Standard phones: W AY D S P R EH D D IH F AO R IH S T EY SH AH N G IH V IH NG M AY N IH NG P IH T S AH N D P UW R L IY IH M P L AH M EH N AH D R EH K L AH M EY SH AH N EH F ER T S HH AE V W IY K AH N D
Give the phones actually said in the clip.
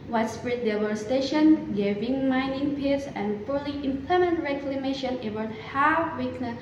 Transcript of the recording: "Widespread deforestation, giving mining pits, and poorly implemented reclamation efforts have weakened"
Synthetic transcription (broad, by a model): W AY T S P R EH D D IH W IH S T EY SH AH N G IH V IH NG M AY N IH NG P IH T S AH N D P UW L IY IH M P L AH M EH N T R EH K L AH M EY SH AH N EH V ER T HH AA F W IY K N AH